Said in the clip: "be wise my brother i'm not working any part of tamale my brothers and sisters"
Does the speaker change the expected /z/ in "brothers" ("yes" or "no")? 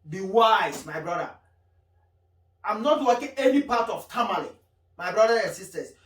yes